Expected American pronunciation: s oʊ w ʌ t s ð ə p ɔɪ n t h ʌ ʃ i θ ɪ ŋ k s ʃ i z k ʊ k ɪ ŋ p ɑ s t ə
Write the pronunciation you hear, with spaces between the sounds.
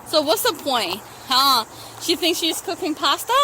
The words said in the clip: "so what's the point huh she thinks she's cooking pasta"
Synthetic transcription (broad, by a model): s oʊ w ʌ t s ð ə p ɔɪ n t h ʌ ʃ i θ ɪ ŋ k s ʃ i z k ʊ k ɪ ŋ p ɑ s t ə